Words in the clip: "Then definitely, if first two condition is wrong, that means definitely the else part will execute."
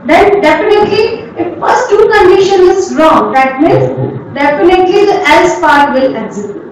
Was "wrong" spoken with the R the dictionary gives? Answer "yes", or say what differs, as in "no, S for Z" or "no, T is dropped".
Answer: yes